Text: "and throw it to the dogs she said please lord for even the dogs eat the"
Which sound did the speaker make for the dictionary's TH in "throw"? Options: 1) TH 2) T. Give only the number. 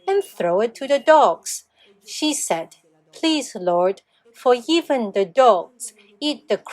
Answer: 1